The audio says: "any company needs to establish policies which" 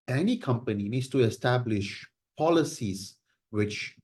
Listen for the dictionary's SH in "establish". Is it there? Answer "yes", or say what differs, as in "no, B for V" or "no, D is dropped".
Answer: yes